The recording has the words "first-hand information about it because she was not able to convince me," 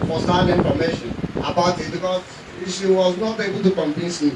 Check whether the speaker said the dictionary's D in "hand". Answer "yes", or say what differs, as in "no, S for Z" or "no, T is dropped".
no, D is dropped